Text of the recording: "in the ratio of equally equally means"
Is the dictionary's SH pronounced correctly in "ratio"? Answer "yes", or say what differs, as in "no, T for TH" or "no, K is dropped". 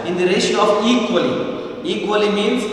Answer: no, S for SH